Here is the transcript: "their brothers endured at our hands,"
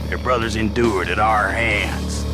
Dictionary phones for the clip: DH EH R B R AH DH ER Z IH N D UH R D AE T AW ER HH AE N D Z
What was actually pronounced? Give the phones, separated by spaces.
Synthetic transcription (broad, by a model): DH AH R B R AH DH ER Z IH N D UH R D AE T AW ER HH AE N D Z